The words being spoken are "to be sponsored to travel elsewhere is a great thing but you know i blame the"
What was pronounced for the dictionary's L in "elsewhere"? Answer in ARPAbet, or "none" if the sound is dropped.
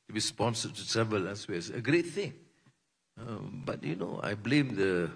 none